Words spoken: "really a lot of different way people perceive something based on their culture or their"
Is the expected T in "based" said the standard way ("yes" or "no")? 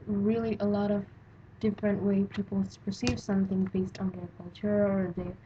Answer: yes